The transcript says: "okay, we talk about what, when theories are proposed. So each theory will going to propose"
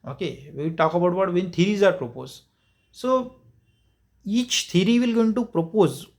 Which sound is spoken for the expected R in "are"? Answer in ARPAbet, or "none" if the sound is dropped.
R